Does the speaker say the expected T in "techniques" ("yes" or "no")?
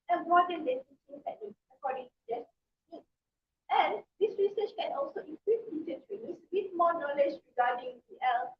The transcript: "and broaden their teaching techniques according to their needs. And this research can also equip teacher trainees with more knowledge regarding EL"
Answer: no